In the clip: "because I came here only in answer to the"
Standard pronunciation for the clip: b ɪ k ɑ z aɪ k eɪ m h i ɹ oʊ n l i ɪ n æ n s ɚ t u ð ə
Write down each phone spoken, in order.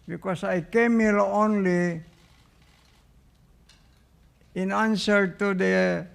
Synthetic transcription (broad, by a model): b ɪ k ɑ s aɪ k eɪ m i l oʊ n l i ɪ n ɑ n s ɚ t u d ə